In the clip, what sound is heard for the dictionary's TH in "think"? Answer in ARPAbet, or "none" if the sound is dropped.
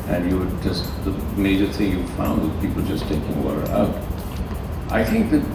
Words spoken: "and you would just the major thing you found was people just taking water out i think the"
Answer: TH